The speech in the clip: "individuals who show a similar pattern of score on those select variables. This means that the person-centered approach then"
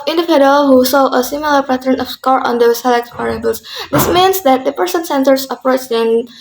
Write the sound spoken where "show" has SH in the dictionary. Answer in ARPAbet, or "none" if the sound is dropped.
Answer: S